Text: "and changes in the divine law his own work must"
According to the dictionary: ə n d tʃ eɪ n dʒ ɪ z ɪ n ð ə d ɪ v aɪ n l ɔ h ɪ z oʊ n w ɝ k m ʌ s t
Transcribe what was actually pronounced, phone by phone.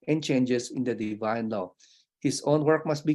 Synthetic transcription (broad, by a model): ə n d tʃ eɪ n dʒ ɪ s ɪ n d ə d ɪ v aɪ n l ɔ h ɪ s oʊ n w ɝ k m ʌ s t